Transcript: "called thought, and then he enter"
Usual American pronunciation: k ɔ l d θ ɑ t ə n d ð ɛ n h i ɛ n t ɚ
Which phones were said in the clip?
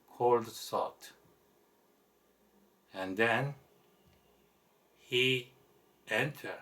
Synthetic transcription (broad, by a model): k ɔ l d s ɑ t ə n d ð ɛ n h i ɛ n t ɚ